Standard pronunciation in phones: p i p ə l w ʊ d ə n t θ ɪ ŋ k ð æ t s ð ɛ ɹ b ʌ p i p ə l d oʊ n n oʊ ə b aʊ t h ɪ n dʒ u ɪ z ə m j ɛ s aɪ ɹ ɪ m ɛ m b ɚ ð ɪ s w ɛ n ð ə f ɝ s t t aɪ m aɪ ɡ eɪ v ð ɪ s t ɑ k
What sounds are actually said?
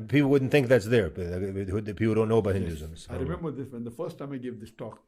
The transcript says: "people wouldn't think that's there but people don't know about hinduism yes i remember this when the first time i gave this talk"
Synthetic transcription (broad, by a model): p i p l w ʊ d n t θ ɪ ŋ k ð æ t s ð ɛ ɹ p i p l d oʊ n n oʊ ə b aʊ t h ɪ n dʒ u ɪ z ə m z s aɪ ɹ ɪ m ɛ m b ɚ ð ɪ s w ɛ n ð ə f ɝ s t t aɪ m aɪ ɡ eɪ v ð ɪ s t ɑ k